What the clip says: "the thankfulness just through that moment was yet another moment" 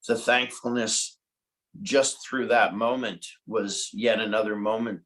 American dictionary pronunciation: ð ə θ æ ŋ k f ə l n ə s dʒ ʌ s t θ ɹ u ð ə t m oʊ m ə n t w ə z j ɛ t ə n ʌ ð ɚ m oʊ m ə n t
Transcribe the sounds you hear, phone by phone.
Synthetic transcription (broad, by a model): ð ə θ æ ŋ k f l n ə s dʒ ʌ s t θ ɹ u ð ə t m oʊ m ə n t w ə z j ɛ t ə n ʌ ð ɚ m oʊ m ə n t